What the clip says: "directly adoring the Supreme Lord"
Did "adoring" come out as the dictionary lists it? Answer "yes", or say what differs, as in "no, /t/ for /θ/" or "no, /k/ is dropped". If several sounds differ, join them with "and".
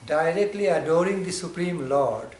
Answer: yes